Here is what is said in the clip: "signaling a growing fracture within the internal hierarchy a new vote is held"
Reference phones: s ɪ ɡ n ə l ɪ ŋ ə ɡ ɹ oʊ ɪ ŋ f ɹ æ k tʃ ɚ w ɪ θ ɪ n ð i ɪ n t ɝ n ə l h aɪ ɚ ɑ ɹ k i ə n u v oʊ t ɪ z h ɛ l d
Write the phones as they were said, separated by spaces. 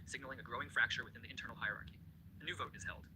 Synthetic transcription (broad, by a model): s ɪ ɡ n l ɪ ŋ ə ɡ ɹ oʊ ɪ ŋ f ɹ æ k tʃ ɚ w ɪ θ ɪ n ð i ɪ n t ɝ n l h aɪ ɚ ɑ ɹ k i ə n u v oʊ t ɪ z h ɛ l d